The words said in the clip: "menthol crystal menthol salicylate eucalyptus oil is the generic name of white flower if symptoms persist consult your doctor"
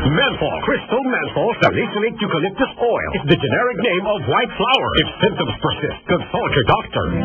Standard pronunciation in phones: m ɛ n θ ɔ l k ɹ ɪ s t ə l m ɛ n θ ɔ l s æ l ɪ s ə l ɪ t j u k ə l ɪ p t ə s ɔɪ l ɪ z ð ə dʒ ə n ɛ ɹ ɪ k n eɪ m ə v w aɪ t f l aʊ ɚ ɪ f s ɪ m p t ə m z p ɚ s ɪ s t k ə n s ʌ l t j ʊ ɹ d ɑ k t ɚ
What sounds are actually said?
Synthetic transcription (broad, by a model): m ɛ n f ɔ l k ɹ ɪ s t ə l m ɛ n f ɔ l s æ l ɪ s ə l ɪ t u k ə l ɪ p t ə s ɔɪ l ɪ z ð ə dʒ ə n ɛ ɹ ɪ k n eɪ m ə v w aɪ t f l aʊ ɚ ɪ f s ɪ m p t ə m z p ɚ s ɪ s t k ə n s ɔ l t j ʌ ɹ d ɑ k t ɚ